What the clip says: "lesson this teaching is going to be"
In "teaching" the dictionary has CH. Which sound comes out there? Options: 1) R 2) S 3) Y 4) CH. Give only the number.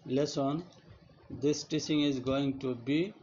2